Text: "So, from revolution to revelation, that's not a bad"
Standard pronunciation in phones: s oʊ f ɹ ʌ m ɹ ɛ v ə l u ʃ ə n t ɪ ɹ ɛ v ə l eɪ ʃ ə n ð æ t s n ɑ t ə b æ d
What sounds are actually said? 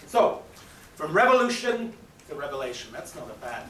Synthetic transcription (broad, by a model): s oʊ f ɹ ʌ m ɹ ɛ v ə l u ʃ ə n t ɪ ɹ ɛ v ə l eɪ ʃ ə n ð æ t s n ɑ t ə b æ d